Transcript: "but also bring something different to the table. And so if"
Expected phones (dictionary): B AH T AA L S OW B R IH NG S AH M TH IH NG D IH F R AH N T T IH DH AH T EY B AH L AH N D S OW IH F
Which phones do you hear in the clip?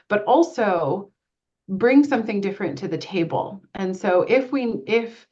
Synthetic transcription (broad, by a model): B AH T AA L S OW B R IH NG S AH M TH IH NG D IH F R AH N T T IH DH AH T EY B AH L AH N S OW IH F